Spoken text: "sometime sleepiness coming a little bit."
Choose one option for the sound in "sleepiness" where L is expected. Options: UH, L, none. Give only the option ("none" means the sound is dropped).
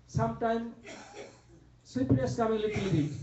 none